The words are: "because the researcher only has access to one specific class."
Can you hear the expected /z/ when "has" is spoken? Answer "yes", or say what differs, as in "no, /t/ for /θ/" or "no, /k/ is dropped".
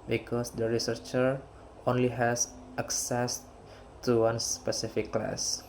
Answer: no, /s/ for /z/